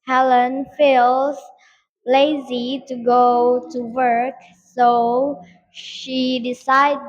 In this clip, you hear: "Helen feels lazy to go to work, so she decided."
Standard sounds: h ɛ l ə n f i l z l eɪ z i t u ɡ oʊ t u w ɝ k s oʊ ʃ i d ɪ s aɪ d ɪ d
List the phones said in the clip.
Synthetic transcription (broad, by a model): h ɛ l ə n f i l z l eɪ z i t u ɡ oʊ t u w ɝ k s oʊ ʃ i d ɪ s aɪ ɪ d